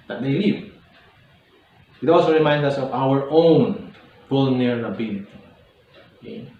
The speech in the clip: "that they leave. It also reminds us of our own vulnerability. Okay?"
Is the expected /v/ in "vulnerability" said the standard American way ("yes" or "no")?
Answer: no